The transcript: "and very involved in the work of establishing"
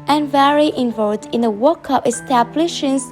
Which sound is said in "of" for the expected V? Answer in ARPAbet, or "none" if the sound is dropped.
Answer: P